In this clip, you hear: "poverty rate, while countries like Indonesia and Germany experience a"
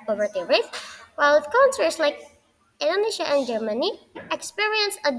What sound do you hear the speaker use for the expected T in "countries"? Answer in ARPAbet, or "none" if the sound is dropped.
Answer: S